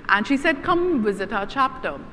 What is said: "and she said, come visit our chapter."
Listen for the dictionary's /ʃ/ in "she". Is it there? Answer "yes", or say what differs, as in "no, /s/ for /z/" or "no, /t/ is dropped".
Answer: yes